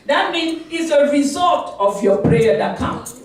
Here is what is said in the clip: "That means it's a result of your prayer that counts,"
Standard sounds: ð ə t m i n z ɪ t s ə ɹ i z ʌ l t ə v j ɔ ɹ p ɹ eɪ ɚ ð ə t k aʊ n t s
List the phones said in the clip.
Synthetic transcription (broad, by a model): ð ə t m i n ɪ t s ə ɹ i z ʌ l t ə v j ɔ p ɹ eɪ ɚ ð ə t k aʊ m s